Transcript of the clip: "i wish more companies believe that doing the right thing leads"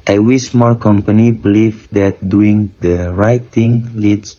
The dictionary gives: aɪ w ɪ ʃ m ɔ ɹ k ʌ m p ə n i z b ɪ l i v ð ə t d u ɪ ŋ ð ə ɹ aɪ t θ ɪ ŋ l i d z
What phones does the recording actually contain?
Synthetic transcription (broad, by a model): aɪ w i s m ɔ l k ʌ m p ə n i b ɪ l i v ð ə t d u ɪ ŋ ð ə ɹ aɪ t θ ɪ ŋ l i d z